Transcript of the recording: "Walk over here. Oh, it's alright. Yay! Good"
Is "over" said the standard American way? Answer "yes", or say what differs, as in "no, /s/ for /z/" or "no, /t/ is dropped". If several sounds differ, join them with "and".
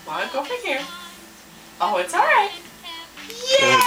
no, /p/ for /v/